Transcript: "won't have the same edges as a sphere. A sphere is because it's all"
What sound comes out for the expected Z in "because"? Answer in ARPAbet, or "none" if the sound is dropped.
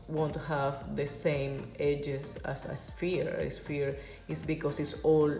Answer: S